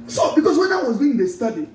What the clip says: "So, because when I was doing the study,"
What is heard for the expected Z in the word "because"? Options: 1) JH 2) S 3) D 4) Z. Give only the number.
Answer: 2